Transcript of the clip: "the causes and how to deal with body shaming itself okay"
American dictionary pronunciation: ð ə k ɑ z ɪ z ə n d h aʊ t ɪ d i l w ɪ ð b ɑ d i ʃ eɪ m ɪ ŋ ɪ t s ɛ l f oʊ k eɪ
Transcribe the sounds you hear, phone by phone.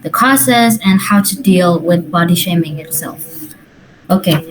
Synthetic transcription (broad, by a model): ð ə k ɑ s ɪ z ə n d h aʊ t ɪ d i l w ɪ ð b ɑ d i ʃ eɪ m ɪ ŋ ɪ t s ɛ l f oʊ k eɪ